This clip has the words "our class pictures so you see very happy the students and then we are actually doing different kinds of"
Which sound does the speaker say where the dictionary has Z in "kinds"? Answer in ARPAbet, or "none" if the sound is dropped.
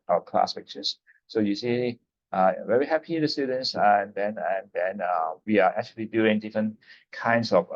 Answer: S